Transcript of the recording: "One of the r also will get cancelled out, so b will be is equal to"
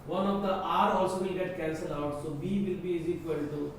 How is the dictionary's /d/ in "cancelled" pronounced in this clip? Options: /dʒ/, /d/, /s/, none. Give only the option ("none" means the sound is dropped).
none